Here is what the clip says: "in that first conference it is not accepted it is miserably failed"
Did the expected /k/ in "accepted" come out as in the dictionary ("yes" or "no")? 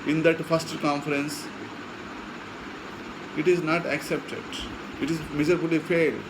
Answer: yes